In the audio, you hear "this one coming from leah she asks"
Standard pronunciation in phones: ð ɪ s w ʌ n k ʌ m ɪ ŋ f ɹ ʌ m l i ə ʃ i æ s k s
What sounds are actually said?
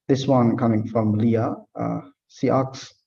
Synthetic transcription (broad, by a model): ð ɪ s w ʌ n k ʌ m ɪ ŋ f ɹ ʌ m l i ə s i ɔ k s